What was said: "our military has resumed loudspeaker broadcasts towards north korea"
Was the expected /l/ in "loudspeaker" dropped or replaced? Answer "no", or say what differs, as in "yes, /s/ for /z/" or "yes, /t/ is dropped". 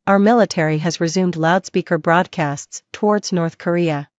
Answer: no